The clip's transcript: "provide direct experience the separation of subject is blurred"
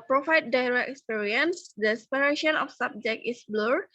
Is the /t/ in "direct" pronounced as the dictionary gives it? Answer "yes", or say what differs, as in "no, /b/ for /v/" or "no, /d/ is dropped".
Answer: no, /t/ is dropped